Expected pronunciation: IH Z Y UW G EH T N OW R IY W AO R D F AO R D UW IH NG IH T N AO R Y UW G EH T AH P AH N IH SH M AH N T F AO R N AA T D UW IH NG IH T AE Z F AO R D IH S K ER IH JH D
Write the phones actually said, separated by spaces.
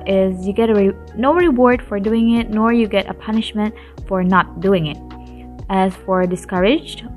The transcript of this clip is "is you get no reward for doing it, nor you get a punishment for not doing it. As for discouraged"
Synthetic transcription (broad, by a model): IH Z Y UW G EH T N OW R IY W AO R D F AO R D UW IH NG IH T N AO R Y UW G EH T AH P AH N IH SH M AH N T F AO R N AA T D UW IH NG IH T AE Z F AO R D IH S K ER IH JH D